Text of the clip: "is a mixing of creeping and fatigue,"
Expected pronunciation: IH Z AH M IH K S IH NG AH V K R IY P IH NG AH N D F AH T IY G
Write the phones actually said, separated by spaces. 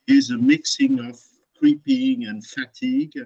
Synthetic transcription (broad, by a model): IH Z AH M IH K S IH NG AH V K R IY P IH NG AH N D F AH T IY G